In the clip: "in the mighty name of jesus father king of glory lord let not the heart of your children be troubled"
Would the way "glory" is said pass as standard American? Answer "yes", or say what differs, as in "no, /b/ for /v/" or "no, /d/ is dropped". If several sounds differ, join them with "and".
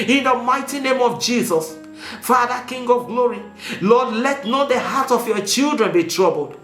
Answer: yes